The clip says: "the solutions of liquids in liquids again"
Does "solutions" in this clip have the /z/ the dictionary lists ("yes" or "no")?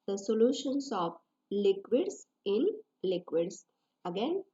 no